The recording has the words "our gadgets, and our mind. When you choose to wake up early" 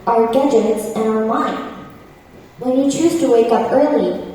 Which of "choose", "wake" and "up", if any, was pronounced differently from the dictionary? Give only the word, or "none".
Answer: none